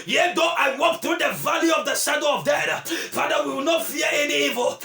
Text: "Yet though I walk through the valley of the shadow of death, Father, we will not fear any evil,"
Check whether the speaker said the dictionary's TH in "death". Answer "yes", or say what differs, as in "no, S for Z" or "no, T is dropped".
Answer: no, T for TH